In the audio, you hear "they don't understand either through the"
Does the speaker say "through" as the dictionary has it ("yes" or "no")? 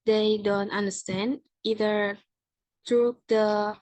no